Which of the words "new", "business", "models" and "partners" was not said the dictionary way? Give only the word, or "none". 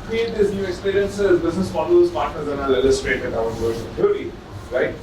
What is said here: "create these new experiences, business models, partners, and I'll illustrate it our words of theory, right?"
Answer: models